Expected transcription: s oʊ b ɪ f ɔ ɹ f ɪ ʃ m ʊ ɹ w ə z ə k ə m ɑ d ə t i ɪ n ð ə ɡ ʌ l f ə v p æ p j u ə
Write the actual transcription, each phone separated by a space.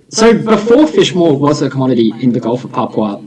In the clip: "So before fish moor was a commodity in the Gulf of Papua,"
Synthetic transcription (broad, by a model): s oʊ b ɪ f ɔ ɹ f ɪ ʃ m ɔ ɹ w ə z ə k ə m ɑ d ə t i ɪ n ð ə ɡ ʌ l f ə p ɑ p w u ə